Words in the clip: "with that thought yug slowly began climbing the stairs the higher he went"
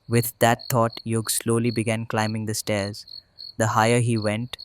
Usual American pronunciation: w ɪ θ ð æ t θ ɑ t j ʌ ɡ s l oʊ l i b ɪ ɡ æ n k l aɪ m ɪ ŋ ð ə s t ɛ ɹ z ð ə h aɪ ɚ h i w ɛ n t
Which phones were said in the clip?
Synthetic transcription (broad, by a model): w ɪ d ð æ t t ɑ t j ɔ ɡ s l oʊ l i b ɪ ɡ æ n k l aɪ m ɪ ŋ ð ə s t ɛ ɹ z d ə h aɪ ɚ h i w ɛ n t